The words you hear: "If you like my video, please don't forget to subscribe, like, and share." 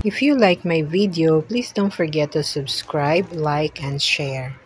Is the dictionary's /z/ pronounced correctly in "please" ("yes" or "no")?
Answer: no